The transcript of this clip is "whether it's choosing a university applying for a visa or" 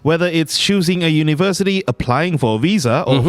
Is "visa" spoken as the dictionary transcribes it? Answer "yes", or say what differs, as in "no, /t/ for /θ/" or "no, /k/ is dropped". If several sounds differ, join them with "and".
yes